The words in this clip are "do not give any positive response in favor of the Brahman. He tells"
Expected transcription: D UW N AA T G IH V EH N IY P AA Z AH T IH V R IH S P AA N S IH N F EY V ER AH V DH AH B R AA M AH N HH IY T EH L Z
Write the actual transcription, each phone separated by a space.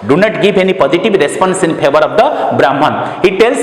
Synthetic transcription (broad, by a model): D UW N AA T G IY B EH N IY P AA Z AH T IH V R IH S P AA N S IH N P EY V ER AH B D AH B R AA M AH N HH IY T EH L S